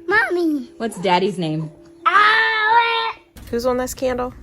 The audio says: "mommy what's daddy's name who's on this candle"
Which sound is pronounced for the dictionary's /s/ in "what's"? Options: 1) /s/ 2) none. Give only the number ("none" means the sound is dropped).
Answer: 1